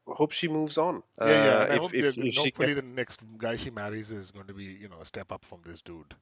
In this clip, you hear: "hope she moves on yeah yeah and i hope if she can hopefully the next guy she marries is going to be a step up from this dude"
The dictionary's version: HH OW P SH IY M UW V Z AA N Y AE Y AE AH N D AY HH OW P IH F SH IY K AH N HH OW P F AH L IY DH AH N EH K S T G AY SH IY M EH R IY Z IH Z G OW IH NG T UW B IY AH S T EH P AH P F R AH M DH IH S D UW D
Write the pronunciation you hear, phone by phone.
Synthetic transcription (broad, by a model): HH OW P SH IY M UW V Z AA N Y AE Y AE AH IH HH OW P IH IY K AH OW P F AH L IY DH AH N EH K S T G AY SH IY M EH R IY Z IH Z G OW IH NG T UW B IY AH S T EH P AH P F R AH M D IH S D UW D